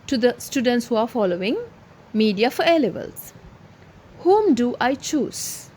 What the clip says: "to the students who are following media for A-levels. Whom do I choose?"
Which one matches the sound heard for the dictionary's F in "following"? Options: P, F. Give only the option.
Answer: F